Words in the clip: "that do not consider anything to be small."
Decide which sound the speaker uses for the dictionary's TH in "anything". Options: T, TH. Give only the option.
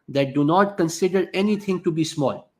T